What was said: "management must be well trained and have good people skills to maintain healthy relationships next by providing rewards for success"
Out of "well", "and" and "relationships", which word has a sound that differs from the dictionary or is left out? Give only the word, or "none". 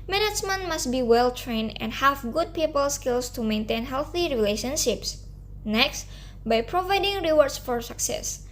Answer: none